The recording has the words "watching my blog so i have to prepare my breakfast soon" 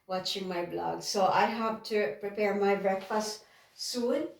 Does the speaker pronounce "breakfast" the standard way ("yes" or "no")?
yes